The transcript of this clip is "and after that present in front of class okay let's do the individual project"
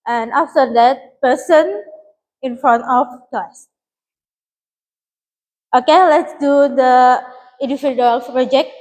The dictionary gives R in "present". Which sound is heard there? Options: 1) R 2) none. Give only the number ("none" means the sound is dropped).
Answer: 2